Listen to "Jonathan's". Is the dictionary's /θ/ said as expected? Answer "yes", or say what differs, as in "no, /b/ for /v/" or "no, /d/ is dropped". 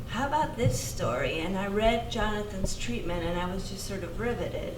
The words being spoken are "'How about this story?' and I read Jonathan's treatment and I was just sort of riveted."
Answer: yes